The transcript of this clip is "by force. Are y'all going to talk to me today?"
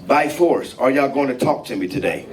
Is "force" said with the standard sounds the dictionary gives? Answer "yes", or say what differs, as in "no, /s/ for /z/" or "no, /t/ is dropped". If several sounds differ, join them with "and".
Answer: yes